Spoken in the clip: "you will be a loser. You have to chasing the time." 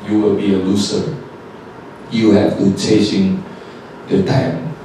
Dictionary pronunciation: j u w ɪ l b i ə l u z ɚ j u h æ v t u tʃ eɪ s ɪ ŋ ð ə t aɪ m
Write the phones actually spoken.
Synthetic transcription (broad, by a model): j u w ɪ l b i ə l u s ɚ j u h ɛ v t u tʃ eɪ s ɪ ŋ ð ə t aɪ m